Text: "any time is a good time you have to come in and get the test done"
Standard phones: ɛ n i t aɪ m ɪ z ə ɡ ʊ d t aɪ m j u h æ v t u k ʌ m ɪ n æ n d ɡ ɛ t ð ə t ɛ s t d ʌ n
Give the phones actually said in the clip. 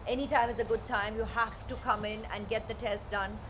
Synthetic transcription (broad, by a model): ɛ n i t aɪ m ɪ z ə ɡ ʊ d t aɪ m j u h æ f t u k ʌ m ɪ n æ n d ɡ ɛ t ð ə t ɛ s t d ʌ n